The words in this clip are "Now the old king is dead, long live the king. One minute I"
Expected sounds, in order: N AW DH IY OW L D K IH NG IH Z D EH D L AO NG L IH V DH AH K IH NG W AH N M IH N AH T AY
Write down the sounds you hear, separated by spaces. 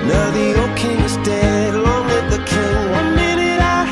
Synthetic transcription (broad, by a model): N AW DH IY OW K IH NG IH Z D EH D L AO NG W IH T DH AH K IH NG W AH N M IH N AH T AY